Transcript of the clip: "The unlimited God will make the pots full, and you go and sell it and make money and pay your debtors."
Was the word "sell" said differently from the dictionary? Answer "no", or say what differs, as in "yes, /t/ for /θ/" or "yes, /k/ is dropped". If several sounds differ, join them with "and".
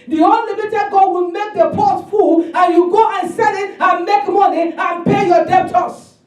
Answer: yes, /n/ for /l/